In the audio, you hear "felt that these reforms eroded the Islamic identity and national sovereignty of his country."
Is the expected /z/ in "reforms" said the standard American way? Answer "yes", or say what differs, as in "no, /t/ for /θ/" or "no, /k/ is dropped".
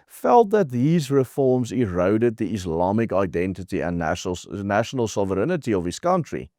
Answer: yes